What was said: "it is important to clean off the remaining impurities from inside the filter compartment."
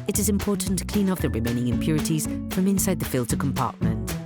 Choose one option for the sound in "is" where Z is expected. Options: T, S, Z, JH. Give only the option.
Z